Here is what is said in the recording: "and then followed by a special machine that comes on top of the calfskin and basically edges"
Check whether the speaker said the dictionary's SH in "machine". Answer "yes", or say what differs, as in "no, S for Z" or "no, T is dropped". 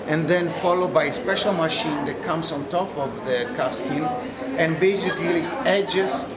yes